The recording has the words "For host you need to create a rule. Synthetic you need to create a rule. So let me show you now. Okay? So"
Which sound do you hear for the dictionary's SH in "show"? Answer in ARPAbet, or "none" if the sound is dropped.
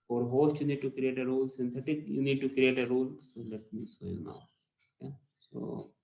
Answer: S